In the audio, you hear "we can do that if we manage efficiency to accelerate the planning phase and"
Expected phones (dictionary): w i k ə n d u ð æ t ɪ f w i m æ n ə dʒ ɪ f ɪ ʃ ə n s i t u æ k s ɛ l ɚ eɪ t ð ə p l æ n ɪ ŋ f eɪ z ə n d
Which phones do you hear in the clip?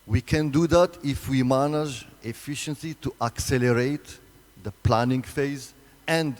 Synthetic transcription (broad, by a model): w i k ə n d u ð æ t ɪ f w i m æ n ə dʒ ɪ f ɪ ʃ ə n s i t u æ k s ɛ l ɚ eɪ t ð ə p l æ n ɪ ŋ f eɪ z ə n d